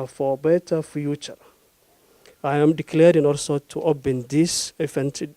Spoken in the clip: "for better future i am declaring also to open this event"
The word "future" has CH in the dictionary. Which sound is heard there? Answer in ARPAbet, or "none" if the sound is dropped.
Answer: CH